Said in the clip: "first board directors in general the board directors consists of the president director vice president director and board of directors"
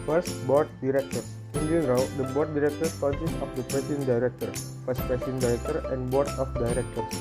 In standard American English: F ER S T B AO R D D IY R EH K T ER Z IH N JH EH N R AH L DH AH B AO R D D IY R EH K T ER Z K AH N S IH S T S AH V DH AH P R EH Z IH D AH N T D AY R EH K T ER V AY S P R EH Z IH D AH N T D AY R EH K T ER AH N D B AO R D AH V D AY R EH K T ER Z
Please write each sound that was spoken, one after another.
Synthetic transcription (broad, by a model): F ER S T B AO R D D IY R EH K T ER IH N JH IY L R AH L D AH B AO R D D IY R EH K T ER S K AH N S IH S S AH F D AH P R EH S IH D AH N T D AY R EH K T ER F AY S P R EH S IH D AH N D AY R EH K T ER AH N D B AO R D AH F D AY R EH K T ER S